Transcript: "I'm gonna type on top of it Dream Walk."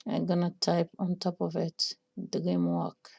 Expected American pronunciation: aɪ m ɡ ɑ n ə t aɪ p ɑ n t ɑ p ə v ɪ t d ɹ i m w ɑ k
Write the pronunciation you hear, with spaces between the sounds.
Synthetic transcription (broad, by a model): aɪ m ɡ ɑ n ə t aɪ p ɑ n t ɑ p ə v ɪ t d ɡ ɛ m w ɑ k